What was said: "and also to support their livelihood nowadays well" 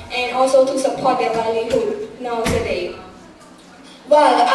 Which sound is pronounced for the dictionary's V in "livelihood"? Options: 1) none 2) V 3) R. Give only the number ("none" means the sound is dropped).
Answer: 1